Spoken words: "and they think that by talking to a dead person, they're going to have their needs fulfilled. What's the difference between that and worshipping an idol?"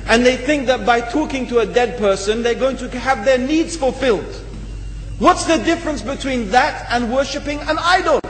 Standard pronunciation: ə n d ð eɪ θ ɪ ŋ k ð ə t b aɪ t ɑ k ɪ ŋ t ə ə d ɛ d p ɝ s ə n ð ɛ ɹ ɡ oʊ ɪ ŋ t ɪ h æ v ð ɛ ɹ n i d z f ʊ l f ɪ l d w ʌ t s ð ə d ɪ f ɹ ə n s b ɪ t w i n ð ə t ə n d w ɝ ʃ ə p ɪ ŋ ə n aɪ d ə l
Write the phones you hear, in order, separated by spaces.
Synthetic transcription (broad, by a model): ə n ð eɪ θ ɪ ŋ k ð ə t b aɪ t ɑ k ɪ ŋ t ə ə d ɛ d p ɝ s ə n ð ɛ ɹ ɡ oʊ ɪ ŋ t ɪ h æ v ð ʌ ɹ n i d z f ʊ l f ɪ l d w ʌ t s ð ə d ɪ f ɹ ə n s b ɪ t w i n ð ə t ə n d w ɝ ʃ ə p ɪ ŋ ə n aɪ d l